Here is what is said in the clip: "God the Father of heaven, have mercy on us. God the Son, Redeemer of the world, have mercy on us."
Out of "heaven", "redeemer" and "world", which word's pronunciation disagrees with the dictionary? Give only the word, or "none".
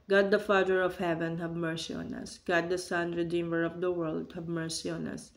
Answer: none